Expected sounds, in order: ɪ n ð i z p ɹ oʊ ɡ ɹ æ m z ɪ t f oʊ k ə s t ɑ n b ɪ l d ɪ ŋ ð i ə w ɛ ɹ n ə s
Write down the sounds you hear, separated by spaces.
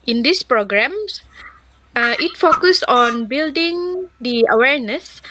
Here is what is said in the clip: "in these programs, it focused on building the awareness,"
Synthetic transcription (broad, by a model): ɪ n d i s p ɹ oʊ ɡ ɹ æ m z ɪ t f oʊ k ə s ɑ n b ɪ l d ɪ ŋ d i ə w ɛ ɹ n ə s